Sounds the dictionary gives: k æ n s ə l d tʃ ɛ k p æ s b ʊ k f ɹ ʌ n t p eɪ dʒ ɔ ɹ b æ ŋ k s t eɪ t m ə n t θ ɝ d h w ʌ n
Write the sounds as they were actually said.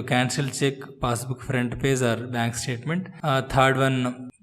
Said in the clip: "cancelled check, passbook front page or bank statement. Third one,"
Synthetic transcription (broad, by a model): k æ n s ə l tʃ ɛ k p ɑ s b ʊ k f ɹ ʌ n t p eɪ z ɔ ɹ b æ ŋ k s t eɪ t m ə n t t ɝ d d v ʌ n